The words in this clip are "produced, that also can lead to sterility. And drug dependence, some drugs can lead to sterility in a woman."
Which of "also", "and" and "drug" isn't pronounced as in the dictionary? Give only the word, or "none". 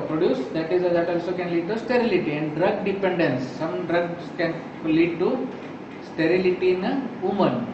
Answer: none